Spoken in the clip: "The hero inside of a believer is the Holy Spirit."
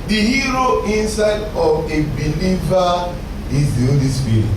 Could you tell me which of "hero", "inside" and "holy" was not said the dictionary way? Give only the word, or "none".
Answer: none